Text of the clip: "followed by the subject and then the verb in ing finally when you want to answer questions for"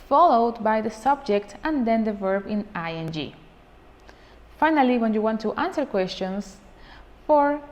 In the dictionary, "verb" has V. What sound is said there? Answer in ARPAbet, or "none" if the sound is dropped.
V